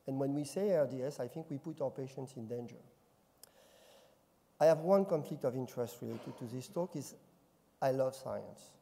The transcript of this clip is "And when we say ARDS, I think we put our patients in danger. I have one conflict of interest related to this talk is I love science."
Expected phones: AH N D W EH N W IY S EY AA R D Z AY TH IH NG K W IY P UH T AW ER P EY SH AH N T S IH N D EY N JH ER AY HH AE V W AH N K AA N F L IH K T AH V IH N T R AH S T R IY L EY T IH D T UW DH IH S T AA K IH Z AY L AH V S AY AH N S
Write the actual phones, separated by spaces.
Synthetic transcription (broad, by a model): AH N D W EH N W IY S EY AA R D S AY TH IH NG K W IY P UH T AW ER P EY SH AH N T S IH N D EY N JH ER AY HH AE V W AH N K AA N F L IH K T AH V IH N T R AH S T R IY L EY T IH D T UW DH IH S T AA K IH Z AY L AH V S AY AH N S